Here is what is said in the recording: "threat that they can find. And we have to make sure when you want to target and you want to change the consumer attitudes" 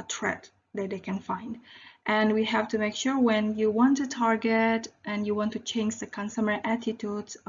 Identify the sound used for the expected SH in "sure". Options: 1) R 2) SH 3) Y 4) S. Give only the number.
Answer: 2